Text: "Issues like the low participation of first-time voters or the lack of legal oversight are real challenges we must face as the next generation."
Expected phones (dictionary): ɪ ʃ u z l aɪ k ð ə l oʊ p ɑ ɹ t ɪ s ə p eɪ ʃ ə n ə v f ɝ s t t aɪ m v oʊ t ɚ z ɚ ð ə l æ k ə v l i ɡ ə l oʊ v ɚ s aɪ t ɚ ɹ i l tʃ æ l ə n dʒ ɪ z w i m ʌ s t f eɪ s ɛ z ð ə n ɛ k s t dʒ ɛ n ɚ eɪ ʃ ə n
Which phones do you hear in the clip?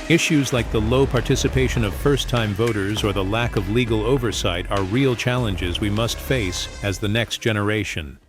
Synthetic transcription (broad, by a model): ɪ ʃ u z l aɪ k ð ə l oʊ p ɑ ɹ t ɪ s ə p eɪ ʃ ə n ə v f ɝ s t t aɪ m v oʊ t ɚ z ɚ ð ə l æ k ə v l i ɡ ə l oʊ v ɚ s aɪ t ɚ ɹ i l tʃ æ l ə n dʒ ɪ z w i m ʌ s t f eɪ s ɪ z ð ə n ɛ k s t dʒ ɛ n ɚ eɪ ʃ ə n